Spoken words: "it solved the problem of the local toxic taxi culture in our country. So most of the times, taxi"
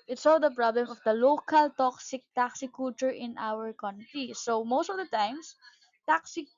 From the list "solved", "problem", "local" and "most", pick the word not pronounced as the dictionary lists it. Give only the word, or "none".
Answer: solved